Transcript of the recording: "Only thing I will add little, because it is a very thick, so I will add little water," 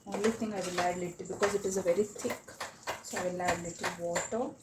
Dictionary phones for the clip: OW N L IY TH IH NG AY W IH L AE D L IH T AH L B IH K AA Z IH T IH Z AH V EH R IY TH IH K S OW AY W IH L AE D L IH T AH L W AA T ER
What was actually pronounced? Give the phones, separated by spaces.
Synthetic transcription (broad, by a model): OW N L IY T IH NG AY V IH L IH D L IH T B IH K AA Z IH T IH Z AH V EH R IY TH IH K S OW AY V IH L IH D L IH T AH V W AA T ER